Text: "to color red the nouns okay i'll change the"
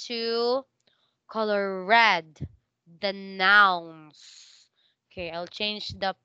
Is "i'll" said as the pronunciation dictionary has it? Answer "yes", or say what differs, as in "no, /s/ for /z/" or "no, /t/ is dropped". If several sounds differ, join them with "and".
yes